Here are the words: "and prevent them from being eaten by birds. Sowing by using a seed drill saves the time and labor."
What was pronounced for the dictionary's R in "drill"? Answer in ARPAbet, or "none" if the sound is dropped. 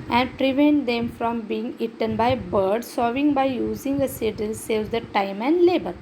none